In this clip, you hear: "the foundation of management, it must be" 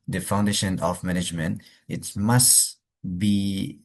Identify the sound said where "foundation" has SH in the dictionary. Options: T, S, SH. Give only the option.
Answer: SH